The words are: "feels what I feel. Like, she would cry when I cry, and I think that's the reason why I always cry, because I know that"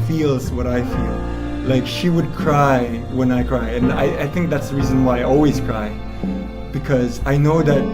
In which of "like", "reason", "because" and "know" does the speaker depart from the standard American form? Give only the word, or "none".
none